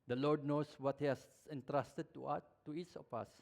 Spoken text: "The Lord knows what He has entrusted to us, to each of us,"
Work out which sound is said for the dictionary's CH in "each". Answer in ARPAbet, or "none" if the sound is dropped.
S